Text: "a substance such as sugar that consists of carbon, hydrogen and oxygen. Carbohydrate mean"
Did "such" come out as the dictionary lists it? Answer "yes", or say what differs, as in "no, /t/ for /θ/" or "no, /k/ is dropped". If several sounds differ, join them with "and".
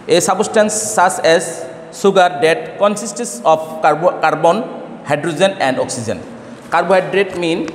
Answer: no, /s/ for /tʃ/